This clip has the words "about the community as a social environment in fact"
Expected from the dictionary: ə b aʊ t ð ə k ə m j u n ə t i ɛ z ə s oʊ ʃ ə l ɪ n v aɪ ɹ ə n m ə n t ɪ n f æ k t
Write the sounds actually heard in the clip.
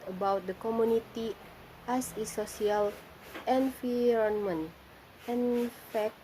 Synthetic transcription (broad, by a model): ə b aʊ t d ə k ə m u n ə t i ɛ s ə s oʊ s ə l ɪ n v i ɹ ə n m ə n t ɪ n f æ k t